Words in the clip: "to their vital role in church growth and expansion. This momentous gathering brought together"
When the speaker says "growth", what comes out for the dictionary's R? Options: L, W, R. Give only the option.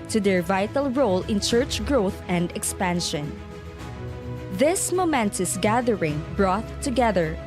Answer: R